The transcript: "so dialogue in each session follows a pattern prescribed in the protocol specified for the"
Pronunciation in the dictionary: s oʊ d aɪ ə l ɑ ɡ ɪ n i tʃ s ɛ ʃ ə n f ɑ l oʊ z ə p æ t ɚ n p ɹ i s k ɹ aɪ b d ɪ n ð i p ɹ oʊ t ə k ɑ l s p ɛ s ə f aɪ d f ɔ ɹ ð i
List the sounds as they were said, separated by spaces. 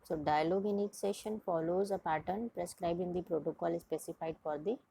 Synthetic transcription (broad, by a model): s oʊ d aɪ ə l ɑ ɡ ɪ n i tʃ s ɛ ʃ ə n f ɑ l oʊ z ə p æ t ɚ n p ɹ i s k ɹ aɪ b ɪ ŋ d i p ɹ oʊ t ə k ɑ l s p ɛ s ə f aɪ d f ɔ ɹ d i